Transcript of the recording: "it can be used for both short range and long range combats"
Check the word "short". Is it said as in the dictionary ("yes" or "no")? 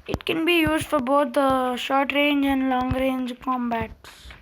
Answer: yes